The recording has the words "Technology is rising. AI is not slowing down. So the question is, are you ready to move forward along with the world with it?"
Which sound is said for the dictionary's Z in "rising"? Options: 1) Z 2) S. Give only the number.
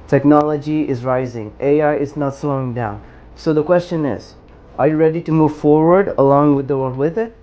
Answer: 1